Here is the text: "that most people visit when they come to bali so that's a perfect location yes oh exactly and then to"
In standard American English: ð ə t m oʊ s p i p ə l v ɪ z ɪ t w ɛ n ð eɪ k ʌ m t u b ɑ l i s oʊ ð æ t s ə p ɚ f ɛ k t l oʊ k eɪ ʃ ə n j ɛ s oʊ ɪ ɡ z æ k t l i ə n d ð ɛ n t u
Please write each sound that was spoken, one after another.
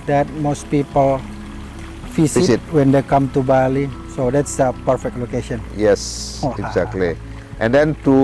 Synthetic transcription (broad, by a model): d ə t m oʊ s p i p ə l f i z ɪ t w ɛ n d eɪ k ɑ m t u b ɑ l i s oʊ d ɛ t s ə p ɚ f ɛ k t l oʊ k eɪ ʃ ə n j ɛ s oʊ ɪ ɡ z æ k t l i ə n d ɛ n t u